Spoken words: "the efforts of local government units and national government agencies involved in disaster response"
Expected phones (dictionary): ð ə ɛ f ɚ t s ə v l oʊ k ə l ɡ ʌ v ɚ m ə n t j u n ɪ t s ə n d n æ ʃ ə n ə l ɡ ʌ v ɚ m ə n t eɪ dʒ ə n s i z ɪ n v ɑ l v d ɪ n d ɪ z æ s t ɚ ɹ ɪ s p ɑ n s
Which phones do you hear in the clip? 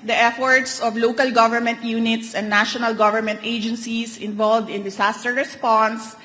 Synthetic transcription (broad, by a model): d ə ɛ f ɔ t s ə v l oʊ k ə l ɡ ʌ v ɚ m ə n t j u n ɪ t s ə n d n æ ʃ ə n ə l ɡ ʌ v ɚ m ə n t eɪ dʒ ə n s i s ɪ n v ɑ l v d ɪ n d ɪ s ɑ s t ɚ ɹ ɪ s p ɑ n s